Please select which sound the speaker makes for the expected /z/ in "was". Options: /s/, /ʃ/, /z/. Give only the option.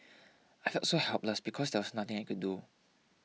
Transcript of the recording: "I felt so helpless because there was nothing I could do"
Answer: /s/